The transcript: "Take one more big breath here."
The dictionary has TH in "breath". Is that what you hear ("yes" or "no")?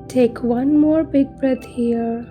no